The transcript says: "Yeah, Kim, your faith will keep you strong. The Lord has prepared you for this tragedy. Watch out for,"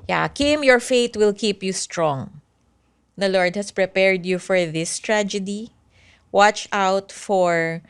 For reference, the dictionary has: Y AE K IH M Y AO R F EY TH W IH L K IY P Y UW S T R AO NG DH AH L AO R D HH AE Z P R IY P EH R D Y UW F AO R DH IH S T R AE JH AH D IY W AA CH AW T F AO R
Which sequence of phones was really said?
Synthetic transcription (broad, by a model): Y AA K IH M Y AO R F EY T W IH L K IY P Y UW S T R AO NG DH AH L AO R D HH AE S P R IY P EH R D Y UW F AO R DH IH S T R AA JH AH D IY W AA CH AW T F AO R